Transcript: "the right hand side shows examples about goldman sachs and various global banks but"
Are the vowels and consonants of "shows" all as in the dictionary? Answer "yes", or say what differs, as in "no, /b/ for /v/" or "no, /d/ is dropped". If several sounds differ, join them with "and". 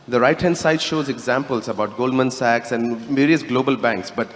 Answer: yes